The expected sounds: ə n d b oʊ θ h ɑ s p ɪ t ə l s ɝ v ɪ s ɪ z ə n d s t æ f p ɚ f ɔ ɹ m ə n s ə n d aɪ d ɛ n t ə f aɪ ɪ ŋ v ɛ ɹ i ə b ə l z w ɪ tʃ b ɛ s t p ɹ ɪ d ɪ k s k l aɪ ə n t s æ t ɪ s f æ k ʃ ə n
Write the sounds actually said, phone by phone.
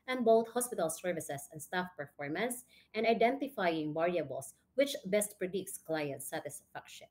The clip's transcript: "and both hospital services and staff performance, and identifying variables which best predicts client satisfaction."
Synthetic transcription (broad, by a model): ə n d b oʊ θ h ɑ s p ɪ t ə l s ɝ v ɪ s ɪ s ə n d s t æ f p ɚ f ɔ ɹ m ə n s ə n d aɪ d ɛ n t ə f aɪ ɪ ŋ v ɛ ɹ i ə b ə l s w ɪ tʃ b ɛ s t p ɹ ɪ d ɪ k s k l aɪ ə n t s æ t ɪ s f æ k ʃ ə n